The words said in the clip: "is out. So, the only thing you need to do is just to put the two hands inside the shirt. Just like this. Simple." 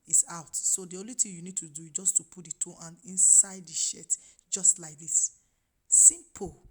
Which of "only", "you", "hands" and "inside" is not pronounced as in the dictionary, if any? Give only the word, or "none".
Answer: hands